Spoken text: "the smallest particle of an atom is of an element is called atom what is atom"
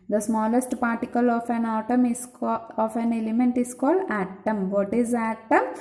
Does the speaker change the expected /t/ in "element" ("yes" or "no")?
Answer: no